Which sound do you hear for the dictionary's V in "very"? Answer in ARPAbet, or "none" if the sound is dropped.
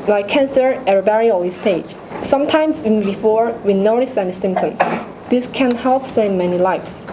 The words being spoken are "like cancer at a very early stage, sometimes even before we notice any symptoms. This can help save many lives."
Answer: B